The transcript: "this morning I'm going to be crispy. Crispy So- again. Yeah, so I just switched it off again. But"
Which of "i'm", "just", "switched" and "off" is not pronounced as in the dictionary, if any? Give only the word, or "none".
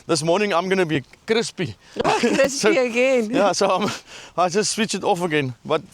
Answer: switched